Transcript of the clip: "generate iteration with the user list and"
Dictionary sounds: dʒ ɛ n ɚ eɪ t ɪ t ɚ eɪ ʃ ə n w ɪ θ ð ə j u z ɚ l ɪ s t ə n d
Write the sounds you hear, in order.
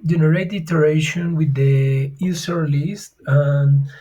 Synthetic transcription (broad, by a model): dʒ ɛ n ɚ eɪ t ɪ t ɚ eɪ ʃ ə n w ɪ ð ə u s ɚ l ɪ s t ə n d